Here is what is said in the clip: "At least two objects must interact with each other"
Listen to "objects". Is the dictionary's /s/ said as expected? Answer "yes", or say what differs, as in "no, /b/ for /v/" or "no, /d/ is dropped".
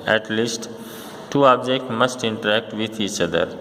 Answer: no, /s/ is dropped